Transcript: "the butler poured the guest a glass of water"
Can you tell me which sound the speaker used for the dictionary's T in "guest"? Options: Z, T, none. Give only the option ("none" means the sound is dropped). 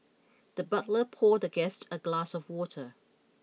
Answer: T